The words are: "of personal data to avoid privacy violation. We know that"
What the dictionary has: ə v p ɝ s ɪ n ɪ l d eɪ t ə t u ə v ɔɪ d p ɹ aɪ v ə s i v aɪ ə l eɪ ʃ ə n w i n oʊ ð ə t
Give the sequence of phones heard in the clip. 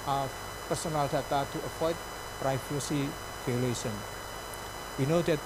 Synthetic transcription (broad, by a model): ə p ɝ s ɪ n ɪ l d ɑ t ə t u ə p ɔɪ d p ɹ aɪ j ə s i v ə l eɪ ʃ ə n w i n oʊ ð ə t